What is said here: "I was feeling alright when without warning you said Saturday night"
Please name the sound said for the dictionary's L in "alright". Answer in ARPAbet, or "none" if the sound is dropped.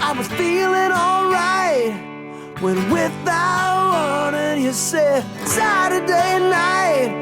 L